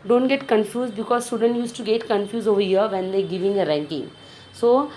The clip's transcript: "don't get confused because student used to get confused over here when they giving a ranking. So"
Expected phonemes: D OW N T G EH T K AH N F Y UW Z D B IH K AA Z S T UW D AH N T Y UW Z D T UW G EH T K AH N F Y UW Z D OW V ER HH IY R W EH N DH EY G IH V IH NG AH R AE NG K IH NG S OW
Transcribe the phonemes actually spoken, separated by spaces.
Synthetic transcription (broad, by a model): D OW N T G EH T K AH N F Y UW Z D B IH K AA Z S T UW D AH N T Y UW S T UW G EH T K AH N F Y UW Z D OW V ER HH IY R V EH N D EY G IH V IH NG AH R AE NG K IH NG S OW